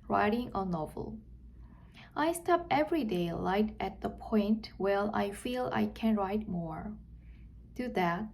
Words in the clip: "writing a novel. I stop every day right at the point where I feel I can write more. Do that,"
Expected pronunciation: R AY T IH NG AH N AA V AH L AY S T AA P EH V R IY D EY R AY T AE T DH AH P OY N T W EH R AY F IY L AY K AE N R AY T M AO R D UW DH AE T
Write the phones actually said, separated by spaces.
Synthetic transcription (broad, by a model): R AY T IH NG AH N AA V AH L AY S T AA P EH V R IY D EY L AY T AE T DH AH P OY N T W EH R AY F IY L AY K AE N R AY T M AO R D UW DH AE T